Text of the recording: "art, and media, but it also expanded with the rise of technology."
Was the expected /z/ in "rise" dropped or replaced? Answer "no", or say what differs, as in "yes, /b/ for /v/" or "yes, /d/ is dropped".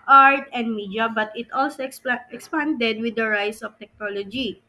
yes, /s/ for /z/